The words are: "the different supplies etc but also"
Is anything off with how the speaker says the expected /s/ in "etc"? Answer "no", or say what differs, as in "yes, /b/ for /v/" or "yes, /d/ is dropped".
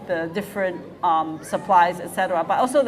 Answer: no